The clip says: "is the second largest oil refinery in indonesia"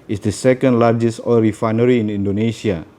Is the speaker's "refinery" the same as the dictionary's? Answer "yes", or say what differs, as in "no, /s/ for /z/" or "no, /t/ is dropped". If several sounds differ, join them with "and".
yes